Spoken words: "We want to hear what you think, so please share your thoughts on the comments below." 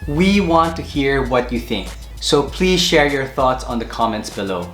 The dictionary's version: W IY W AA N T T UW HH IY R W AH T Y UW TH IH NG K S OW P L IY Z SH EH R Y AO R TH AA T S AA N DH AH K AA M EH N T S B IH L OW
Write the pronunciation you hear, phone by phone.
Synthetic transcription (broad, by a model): W IY W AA N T T UW HH IY R W AH T Y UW TH IH NG K S OW P L IY Z SH EH R Y AO R TH AA T S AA N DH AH K AA M EH N T S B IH L OW